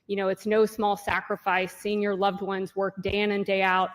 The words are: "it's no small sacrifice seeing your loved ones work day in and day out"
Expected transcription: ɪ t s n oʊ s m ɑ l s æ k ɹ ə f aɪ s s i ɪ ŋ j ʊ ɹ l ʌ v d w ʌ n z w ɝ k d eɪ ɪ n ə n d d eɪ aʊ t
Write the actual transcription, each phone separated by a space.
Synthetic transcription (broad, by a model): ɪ t s n oʊ s m ɑ l s æ k ɹ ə f aɪ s s i ɪ ŋ j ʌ ɹ l ʌ v d w ʌ n z w ɝ k d eɪ ɪ n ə n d d eɪ aʊ t